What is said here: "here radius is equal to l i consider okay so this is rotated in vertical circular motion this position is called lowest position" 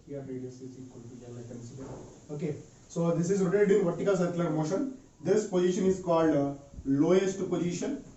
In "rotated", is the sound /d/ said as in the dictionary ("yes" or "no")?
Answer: no